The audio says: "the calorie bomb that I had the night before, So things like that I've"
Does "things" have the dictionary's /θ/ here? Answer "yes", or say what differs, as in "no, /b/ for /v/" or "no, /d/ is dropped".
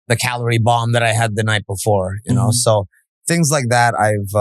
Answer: yes